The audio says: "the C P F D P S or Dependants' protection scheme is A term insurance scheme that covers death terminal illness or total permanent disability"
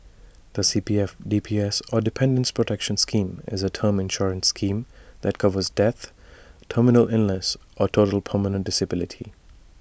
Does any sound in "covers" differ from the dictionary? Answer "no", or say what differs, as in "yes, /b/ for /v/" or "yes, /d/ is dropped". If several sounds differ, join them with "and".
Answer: no